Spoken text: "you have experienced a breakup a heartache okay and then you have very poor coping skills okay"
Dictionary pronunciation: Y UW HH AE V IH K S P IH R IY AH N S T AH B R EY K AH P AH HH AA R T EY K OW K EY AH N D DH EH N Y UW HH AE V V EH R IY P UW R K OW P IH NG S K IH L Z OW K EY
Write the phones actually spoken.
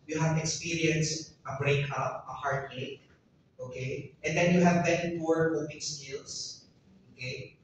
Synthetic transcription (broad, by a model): Y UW HH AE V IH K S P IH R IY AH N S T AH B R EY K AH P AH HH AA R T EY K OW K EY AH N D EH N Y UW HH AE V B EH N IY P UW R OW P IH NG S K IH L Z OW K EY